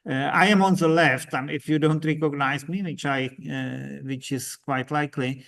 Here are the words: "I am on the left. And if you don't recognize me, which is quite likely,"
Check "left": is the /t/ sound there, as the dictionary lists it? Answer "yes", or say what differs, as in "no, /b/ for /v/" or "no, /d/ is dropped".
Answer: yes